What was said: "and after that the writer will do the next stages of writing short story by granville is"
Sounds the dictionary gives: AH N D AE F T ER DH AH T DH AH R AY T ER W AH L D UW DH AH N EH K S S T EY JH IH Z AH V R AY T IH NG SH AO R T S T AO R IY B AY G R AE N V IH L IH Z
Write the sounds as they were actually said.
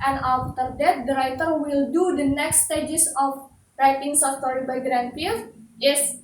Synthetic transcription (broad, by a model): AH N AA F T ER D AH T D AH R AY T ER W AH L D UW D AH N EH K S S T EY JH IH S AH F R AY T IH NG S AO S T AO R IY B AY G R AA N P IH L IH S